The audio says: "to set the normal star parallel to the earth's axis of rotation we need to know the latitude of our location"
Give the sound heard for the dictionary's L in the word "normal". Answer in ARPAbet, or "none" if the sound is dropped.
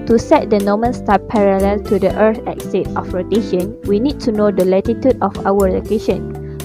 N